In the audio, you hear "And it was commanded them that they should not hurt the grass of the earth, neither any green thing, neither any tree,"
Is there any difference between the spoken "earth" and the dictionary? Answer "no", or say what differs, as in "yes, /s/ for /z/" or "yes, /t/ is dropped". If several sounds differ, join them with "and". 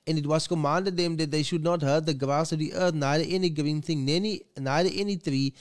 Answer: yes, /t/ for /θ/